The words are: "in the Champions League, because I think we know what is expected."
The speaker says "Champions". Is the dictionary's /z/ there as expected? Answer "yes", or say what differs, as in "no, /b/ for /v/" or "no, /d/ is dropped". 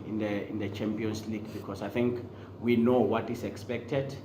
no, /s/ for /z/